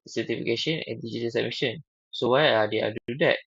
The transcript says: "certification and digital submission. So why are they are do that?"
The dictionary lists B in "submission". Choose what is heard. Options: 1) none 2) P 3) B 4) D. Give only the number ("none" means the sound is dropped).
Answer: 1